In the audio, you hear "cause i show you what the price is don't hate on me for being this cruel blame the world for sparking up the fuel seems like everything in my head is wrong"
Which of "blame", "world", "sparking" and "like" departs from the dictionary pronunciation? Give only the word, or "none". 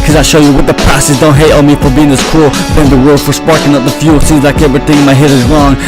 blame